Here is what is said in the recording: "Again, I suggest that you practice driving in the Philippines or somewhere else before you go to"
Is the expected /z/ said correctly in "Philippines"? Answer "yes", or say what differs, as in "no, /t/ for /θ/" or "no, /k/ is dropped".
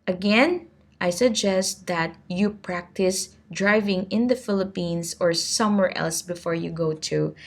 no, /s/ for /z/